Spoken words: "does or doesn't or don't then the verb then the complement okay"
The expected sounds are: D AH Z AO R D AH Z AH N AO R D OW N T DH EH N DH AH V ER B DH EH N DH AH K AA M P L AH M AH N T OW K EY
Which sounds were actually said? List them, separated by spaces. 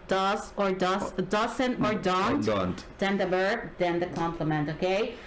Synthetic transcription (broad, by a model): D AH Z AO R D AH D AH N AO R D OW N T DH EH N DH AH B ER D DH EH N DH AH K AA M P L AH M AH N T OW K EY